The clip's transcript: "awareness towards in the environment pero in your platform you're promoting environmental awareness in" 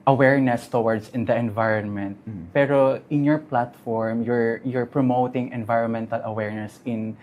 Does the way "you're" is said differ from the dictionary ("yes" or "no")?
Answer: no